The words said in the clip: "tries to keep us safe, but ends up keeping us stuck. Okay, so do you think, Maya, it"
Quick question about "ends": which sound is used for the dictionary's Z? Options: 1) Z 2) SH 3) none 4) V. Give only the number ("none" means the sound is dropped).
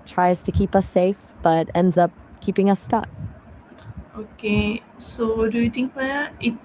1